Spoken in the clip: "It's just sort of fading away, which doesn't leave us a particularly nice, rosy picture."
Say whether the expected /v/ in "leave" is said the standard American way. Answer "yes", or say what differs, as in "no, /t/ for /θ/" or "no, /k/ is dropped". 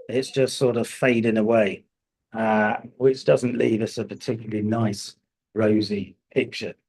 yes